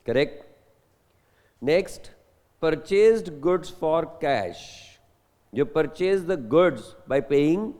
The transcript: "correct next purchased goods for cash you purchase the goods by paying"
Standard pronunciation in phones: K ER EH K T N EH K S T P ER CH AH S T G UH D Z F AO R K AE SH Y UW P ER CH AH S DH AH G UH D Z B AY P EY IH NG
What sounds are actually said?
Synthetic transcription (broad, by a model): K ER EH K T N EH K S T P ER CH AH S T G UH D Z F AO R K AE SH Y UW P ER CH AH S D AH G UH D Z B AY P EY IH NG